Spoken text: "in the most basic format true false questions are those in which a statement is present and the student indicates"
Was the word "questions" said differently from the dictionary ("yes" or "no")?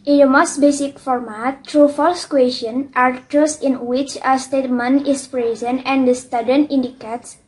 yes